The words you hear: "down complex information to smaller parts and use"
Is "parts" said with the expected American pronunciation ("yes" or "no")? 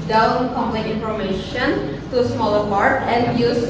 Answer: no